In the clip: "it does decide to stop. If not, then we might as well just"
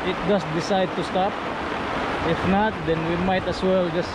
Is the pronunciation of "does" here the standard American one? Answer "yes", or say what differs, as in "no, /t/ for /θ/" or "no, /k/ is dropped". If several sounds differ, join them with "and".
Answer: no, /s/ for /z/